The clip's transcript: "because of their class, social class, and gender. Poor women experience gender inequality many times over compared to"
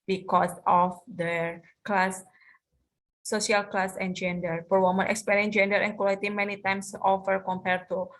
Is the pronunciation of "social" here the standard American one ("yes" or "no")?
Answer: no